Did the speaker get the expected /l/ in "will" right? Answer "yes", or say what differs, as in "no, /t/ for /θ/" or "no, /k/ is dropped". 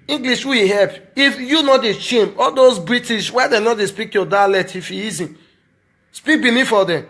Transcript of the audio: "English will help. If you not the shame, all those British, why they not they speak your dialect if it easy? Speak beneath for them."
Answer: no, /w/ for /l/